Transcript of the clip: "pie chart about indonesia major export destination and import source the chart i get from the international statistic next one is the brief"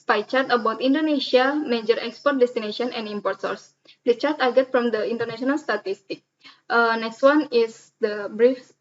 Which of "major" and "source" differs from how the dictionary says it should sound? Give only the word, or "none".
none